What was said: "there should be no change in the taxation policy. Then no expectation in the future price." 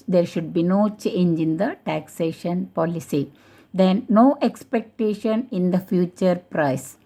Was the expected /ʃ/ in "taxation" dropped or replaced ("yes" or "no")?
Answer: no